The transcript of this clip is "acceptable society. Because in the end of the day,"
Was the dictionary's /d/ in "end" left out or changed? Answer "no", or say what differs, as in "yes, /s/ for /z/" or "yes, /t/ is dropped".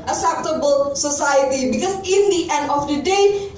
no